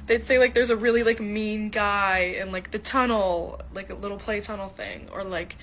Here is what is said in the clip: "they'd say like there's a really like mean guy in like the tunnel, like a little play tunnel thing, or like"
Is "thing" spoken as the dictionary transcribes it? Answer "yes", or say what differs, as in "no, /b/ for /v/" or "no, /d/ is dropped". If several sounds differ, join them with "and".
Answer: yes